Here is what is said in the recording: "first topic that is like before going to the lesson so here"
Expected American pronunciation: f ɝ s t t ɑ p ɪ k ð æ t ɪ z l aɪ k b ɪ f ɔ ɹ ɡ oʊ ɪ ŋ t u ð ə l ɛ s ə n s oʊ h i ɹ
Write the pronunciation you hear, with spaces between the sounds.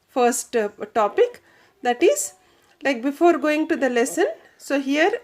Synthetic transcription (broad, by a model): f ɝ s t t ɑ p ɪ k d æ t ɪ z l aɪ k b ɪ f ɔ ɹ ɡ oʊ ɪ ŋ t u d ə l ɛ s ə n s oʊ h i ɹ